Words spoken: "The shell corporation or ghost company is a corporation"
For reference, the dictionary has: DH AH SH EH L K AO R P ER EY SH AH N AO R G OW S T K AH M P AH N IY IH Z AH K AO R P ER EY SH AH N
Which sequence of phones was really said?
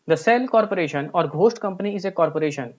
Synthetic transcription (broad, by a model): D AH S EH L K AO R P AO EY SH AH N AO R G OW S T K AH M P AH N IY IH Z AH K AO R P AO EY SH AH N